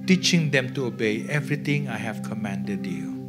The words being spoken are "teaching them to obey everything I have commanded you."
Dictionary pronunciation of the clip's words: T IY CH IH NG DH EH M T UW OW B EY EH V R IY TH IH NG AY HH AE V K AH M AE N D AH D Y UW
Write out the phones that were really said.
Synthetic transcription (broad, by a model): T IY CH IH NG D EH M T UW OW B EY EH V R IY T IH NG AY HH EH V K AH M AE N D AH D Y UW